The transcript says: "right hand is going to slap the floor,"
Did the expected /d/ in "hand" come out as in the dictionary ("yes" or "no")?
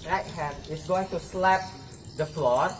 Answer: no